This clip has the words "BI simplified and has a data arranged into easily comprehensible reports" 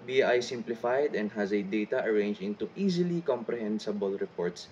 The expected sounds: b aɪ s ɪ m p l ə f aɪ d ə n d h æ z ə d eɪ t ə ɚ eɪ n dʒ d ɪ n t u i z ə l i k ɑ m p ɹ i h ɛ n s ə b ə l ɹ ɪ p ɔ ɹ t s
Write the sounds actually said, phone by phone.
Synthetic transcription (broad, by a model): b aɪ s ɪ m p l ə f aɪ d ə n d h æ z ə d eɪ t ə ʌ eɪ n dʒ ɪ n t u i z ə l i k ɑ m p ɹ i h ɛ n s ə b ə l ɹ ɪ p ɔ ɹ t s